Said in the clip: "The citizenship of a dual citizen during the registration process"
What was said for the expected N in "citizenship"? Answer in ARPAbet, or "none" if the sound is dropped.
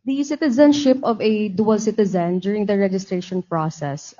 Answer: N